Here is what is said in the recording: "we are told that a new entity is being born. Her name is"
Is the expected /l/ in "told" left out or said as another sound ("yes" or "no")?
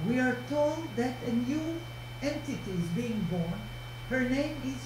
no